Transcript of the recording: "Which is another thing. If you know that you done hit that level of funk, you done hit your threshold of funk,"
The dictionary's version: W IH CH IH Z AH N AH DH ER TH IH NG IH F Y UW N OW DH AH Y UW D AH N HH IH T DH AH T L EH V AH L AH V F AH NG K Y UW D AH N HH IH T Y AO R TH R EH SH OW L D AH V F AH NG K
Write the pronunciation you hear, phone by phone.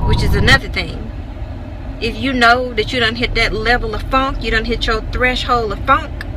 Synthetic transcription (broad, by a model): W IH CH IH Z AH N AH DH ER TH IH NG IH F Y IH N OW DH AH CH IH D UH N HH IH T DH AH T L EH V L AH V F AH NG K Y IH D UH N HH IH T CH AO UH TH R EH SH OW L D AH V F AH NG K